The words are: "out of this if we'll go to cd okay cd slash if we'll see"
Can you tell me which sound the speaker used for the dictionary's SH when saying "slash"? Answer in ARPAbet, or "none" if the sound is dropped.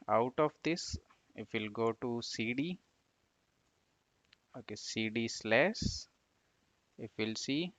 S